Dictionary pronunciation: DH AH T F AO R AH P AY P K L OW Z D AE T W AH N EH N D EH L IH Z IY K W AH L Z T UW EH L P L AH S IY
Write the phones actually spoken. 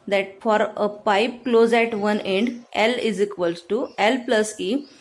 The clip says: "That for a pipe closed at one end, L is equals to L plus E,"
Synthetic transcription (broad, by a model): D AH T F AO R AH P AY P K L OW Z AE T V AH N EH N D EH L IH Z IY K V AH L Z T UW EH L P L AH S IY